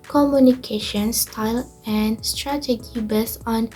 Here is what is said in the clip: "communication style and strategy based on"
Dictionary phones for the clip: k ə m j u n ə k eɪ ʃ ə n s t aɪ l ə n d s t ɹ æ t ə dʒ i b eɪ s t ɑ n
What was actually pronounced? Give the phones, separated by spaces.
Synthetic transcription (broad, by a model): k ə m j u n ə k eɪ ʃ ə n s t aɪ l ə n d s t ɹ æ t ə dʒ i b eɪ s ɑ n